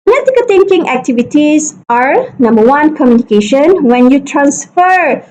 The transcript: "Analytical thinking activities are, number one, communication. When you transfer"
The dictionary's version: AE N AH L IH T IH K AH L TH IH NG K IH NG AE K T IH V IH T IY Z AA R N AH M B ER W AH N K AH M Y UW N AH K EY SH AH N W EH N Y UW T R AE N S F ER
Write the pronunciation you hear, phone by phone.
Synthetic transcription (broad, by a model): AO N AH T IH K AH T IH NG K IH NG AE K T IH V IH T IY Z AA R N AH M B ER W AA N K AH M Y UW N AH K EY SH AH N W EH N Y UW T R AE N S F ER